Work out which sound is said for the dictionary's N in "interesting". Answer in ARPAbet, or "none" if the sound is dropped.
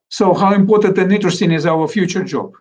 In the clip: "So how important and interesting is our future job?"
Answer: none